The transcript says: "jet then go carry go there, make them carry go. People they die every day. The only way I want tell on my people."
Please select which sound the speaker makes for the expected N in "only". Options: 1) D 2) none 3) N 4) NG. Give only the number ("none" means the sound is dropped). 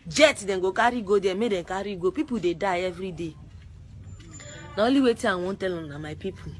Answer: 2